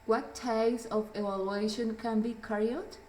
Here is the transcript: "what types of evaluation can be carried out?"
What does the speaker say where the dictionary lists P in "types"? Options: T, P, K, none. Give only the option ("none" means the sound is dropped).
none